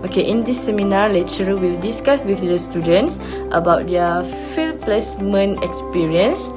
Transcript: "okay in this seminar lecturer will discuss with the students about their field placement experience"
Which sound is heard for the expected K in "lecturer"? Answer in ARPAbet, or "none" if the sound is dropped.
none